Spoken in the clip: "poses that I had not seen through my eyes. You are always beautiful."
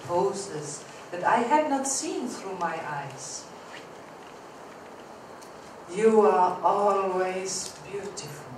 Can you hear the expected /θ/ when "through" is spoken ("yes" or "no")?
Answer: yes